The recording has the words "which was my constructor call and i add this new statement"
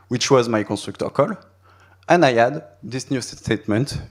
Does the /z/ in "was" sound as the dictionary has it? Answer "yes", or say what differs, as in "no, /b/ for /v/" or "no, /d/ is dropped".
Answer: yes